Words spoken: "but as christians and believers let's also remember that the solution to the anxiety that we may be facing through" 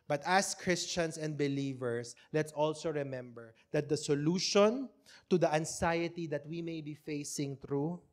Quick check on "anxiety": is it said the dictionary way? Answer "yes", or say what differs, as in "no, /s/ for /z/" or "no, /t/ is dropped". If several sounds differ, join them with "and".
no, /s/ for /z/